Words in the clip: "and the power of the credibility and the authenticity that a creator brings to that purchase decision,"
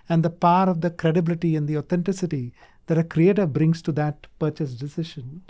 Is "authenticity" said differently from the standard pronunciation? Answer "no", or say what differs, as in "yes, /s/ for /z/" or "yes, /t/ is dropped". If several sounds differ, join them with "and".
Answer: yes, /t/ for /θ/